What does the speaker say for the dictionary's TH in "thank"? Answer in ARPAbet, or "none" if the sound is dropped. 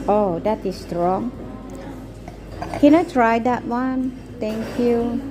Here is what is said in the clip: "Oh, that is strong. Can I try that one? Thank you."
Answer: T